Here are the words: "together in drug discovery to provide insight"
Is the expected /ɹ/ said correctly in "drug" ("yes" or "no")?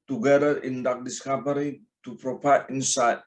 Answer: no